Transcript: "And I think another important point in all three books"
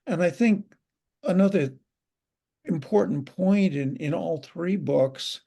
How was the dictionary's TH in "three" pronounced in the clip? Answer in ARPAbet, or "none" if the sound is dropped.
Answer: TH